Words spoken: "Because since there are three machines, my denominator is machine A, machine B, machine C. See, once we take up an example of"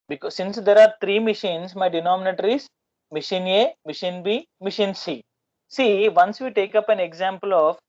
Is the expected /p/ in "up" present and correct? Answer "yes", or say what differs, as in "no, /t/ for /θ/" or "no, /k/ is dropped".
yes